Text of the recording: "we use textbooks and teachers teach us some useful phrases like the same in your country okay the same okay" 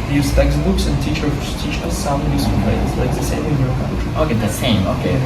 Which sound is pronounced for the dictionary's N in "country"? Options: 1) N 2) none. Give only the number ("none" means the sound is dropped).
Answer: 2